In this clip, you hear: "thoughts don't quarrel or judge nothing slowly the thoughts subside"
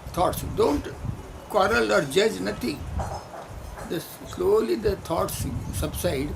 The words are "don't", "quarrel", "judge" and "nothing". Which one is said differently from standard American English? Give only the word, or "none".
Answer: nothing